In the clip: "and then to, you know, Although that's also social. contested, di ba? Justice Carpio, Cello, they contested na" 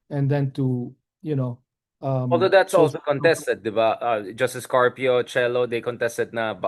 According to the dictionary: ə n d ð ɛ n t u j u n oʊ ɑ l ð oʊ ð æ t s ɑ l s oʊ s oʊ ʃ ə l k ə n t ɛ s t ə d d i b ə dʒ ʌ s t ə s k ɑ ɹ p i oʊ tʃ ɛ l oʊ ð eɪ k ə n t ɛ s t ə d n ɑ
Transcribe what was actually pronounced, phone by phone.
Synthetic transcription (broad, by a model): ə n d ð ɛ n t u j u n oʊ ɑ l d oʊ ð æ t s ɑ l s s oʊ k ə n t ɛ s t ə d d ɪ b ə dʒ ʌ s t ə s k ɑ ɹ p i oʊ tʃ ɛ l oʊ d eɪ k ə n t ɛ s t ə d n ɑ